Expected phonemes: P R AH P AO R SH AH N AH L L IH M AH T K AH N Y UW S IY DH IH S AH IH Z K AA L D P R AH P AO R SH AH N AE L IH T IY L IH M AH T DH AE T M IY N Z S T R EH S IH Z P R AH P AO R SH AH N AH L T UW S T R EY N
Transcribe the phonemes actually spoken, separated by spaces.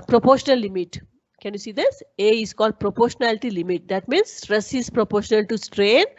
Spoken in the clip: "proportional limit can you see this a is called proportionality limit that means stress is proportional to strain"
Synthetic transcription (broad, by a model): P R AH P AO R SH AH N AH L L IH M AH T K AH N Y UW S IY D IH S AH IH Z K AA L D P R AH P AO R SH AH N AE L IH T IY L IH M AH T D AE T M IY N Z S T R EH S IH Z P R AH P AO R SH AH N AH L T UW S T R EY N